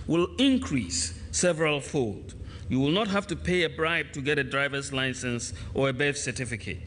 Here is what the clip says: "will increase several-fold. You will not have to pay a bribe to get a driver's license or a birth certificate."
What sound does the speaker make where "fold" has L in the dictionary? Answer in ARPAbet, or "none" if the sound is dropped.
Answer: L